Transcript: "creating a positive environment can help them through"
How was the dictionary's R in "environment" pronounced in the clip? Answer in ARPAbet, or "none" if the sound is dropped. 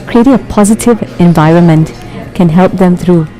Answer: R